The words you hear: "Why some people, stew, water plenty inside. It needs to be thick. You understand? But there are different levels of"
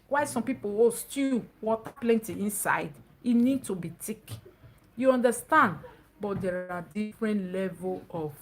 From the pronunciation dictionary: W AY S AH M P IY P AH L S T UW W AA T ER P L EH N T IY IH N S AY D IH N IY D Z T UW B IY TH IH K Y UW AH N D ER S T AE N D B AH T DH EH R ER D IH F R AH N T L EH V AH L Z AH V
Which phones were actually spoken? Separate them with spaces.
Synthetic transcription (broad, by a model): W AY S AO M P IY P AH W S T UW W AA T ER P L EH N T IY IH N S AY D IH N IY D T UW B IY T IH K Y UW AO N D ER S T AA N D B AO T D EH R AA D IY F R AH N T L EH V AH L AH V